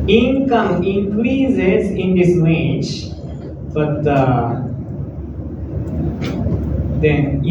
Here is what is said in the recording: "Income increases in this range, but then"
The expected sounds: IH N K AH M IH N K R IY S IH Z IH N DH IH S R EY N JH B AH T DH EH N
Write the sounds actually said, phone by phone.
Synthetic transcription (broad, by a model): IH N K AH M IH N K R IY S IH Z IH N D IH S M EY JH B AH T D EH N